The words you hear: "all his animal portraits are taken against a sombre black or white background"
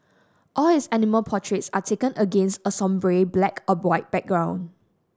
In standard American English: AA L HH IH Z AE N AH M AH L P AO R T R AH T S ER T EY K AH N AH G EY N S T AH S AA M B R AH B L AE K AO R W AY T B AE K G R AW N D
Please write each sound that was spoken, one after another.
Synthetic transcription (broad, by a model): AA L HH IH S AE N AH M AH L P AO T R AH T S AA T EY K AH N AH G EY N S T AH S AA M B R AH B L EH K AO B W AY T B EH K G R AW N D